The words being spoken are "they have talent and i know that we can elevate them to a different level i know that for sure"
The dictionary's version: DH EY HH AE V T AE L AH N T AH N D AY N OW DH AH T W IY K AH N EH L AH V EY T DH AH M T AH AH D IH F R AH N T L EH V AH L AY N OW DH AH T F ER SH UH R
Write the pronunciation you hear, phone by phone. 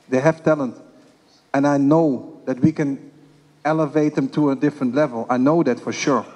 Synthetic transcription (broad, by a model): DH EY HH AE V T AE L AH N T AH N AY N OW DH AH T W IY K AH N EH L AH V EY T DH AH M T AH AH D IH F R AH N T L EH V AH L AY N OW DH AH T F ER SH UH R